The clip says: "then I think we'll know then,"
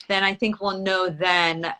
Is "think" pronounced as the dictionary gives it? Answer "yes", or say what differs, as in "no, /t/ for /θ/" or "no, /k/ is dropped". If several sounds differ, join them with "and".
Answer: yes